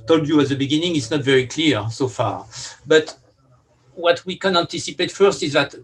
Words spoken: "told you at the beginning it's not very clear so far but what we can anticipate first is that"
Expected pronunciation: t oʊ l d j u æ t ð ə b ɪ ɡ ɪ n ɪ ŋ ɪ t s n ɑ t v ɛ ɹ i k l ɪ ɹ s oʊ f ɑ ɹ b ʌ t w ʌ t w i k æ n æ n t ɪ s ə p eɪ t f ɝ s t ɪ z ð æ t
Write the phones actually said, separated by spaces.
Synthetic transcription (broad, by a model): t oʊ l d j u æ t ð ə b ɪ ɡ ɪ n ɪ ŋ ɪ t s n ɑ t v ɛ ɹ i k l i ɹ s oʊ f ɑ ɹ b ʌ t w ʌ t w i k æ n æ n t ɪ s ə p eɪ t f ɝ s t ɪ z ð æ t